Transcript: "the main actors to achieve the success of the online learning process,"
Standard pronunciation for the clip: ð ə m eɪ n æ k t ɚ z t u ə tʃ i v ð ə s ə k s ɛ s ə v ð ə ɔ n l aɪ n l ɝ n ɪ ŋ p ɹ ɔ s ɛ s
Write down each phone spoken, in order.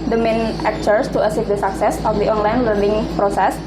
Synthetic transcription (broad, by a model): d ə m eɪ n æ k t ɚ s t u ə s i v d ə s ə k s ɛ s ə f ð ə ɔ n l aɪ n l ɝ n ɪ ŋ p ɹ ɔ s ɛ s